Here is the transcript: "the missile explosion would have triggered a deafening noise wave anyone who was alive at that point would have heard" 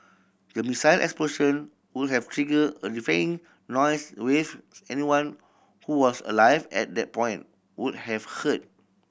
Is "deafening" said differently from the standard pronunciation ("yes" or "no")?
yes